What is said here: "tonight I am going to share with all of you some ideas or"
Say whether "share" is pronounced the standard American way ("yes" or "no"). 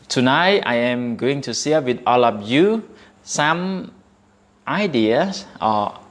no